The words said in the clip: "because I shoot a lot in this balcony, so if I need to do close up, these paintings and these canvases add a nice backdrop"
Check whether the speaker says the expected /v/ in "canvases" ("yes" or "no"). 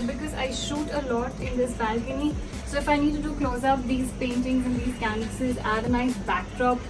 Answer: no